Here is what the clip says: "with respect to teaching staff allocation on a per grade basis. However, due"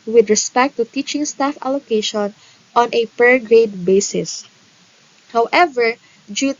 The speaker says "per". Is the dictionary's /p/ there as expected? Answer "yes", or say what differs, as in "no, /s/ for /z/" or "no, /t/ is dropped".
yes